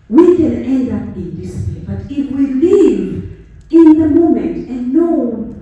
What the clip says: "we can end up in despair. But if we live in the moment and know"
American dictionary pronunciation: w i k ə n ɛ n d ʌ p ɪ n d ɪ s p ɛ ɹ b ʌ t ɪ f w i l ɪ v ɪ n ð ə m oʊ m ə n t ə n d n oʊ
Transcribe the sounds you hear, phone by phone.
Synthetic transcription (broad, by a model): w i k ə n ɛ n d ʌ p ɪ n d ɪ s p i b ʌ t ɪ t w i l ɪ v ɪ n ð ə m oʊ m ə n t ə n n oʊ